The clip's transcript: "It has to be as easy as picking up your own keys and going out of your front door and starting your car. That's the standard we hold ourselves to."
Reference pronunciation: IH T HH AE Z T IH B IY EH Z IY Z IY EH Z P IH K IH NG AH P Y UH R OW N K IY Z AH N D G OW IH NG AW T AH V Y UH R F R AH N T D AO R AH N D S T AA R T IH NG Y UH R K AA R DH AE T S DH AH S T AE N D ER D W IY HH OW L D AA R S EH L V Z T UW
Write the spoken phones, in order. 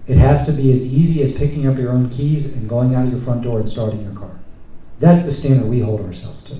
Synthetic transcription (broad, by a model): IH T HH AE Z T IH B IY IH Z IY Z IY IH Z P IH K IH NG AH P Y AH R OW N K IY Z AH N G OW IH NG AW T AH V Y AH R F R AH N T D AO R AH N S T AA R T IH NG Y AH R K AA R DH AE T S DH AH S T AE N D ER W IY HH OW L D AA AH S EH L V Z T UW